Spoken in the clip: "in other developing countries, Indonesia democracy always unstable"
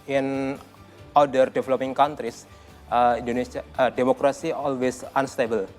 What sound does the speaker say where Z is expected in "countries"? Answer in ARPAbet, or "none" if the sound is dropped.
S